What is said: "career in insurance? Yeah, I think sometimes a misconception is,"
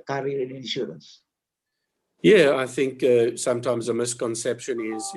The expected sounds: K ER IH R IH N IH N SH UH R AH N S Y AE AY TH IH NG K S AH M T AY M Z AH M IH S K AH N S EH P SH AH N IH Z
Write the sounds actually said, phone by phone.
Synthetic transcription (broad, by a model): K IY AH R IH N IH N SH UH R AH N S Y AE AY TH IH NG K S AH M T AY M Z AH M IH S K AH N S EH P SH AH N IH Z